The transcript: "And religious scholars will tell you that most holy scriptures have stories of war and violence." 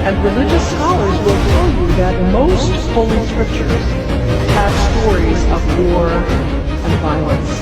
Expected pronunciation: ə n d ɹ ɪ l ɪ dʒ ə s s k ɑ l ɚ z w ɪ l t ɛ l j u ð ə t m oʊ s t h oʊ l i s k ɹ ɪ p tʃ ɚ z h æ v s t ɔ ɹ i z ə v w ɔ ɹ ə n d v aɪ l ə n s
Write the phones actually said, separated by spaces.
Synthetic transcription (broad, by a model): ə n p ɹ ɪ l ɪ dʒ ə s s k ɑ l ɚ z w ɪ l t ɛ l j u ð ə t m oʊ s t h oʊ l i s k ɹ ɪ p tʃ ɚ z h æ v s t ɔ ɹ i z ə v w ɔ ɹ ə n v aɪ l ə n s